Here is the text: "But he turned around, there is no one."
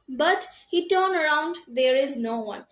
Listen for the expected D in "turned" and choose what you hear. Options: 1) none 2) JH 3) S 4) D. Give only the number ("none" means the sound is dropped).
1